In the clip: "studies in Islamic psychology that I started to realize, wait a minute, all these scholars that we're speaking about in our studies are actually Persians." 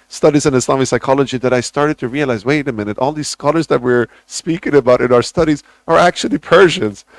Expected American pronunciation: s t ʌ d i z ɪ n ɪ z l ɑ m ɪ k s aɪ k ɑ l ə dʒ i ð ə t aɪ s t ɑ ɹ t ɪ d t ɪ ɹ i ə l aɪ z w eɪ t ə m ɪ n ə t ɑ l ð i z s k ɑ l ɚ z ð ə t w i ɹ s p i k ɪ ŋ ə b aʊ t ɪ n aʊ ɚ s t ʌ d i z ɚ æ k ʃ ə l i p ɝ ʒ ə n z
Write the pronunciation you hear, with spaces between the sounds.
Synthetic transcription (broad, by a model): s t ʌ d i z ɪ n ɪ s l ɑ m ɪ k s aɪ k ɑ l ə dʒ i ð ə t aɪ s t ɑ ɹ t ɪ d t ɪ ɹ i ə l aɪ z w eɪ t ə m ɪ n ə t ɑ l ð i z s k ɑ l ɚ z ð ə t w i ɹ s p i k ɪ ŋ ə b aʊ t ɪ n aʊ ɚ s t ʌ d i z ɚ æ k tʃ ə l i p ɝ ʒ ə n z